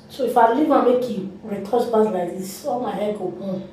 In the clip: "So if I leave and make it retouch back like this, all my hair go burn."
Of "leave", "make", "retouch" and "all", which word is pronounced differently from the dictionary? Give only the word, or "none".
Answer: retouch